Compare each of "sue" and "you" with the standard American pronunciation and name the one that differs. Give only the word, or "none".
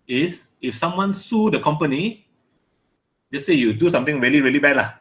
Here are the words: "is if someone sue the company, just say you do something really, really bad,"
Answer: none